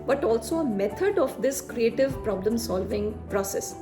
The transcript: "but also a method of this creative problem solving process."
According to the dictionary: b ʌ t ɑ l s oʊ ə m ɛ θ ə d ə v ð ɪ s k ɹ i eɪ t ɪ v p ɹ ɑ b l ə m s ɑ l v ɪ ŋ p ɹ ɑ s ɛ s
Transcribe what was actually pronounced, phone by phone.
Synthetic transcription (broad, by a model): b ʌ t ɑ l s oʊ ə m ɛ t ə d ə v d ɪ s k ɹ i eɪ t ɪ v p ɹ ɑ b l ə m s ɑ l v ɪ ŋ p ɹ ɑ s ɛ s